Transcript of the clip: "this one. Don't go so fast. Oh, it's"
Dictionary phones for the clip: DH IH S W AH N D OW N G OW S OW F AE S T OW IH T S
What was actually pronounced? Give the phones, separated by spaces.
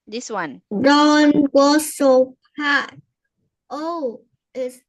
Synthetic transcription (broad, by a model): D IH S W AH N D OW N G OW S OW P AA T OW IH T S